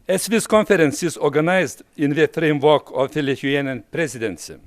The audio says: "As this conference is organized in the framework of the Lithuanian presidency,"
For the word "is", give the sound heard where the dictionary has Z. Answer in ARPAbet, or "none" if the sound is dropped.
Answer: S